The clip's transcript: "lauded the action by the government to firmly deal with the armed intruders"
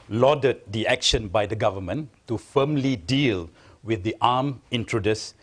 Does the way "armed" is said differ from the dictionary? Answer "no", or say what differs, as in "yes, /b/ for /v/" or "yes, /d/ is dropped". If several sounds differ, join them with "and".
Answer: yes, /d/ is dropped